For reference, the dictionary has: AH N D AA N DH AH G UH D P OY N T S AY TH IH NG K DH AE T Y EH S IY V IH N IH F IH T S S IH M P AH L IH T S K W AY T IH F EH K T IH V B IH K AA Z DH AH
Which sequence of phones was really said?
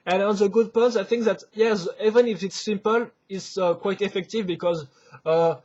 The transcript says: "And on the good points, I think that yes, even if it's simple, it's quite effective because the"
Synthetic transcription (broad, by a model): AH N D AA N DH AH G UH D P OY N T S AY TH IH NG K DH AE T Y EH S IY V IH N IH F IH T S S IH M P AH L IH T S K W AY T IH F EH K T IH V B IH K AA Z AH